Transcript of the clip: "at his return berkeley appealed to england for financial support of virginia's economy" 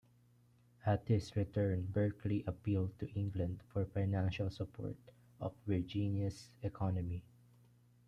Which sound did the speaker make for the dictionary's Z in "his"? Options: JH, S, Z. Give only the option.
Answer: S